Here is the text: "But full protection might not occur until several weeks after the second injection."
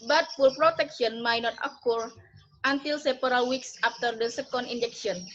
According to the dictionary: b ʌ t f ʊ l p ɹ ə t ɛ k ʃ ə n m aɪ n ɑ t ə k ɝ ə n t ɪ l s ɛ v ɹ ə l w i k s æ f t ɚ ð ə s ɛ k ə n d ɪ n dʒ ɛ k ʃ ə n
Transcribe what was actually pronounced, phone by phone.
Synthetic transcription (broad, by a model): b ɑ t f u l p ɹ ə t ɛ k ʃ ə n m aɪ n ɑ t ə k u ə n t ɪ l s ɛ p ɹ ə l w i k s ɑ f t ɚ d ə s ɛ k ə n d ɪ n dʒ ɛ k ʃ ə n